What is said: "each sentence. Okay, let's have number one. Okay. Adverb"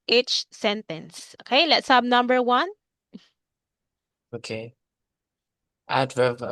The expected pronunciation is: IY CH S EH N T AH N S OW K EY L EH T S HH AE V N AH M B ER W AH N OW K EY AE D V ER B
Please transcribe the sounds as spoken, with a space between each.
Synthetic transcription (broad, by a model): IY CH S EH N T AH N S OW K EY L EH T S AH B N AH M B ER W AH N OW K EY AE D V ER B